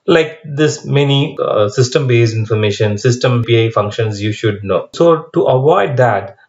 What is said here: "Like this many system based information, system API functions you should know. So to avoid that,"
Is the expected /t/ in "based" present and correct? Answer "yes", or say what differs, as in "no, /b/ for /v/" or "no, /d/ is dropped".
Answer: no, /t/ is dropped